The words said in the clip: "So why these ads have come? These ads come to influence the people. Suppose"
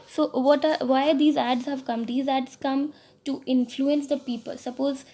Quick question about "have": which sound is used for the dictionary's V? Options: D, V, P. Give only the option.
V